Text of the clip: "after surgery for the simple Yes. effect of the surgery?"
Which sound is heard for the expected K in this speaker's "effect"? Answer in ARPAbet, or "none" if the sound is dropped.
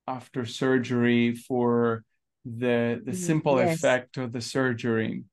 K